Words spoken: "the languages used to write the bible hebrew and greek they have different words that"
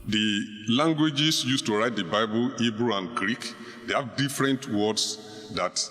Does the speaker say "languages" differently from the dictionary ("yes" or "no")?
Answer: yes